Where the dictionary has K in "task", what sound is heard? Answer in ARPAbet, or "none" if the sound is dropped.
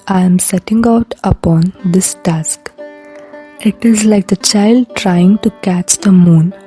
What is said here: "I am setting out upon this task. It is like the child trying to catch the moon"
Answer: K